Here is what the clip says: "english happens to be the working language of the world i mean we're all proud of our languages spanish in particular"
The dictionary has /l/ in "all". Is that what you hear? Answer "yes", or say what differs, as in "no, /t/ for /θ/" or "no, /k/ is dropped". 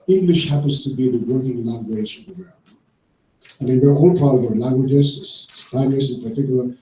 no, /n/ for /l/